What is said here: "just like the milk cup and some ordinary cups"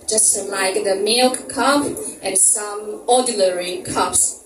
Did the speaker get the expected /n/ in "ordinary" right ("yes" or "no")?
no